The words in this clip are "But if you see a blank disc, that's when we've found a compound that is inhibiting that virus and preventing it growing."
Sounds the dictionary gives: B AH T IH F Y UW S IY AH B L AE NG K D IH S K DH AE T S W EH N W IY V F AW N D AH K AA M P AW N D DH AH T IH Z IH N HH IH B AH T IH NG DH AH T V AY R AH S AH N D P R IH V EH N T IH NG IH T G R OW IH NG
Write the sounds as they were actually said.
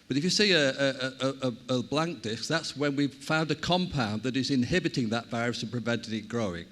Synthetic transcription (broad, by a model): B AH T IH F Y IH S IY AH B L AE NG K D IH S K DH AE T S W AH N W IY V F AW N D AH K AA M P AW N DH AH T IH Z IH N HH IH B AH T IH NG DH AH T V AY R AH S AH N P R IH V EH N T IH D IH T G R OW IH NG